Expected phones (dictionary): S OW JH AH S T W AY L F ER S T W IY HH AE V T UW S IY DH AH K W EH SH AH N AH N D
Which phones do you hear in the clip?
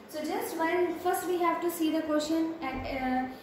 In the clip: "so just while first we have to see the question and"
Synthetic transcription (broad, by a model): S OW JH AH S T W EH N F ER S T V IY HH AE V T UW S IY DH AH K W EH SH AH N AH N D